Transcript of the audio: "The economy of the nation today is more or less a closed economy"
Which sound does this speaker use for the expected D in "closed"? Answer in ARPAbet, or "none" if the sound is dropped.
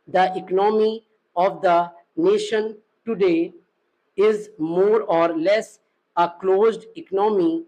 D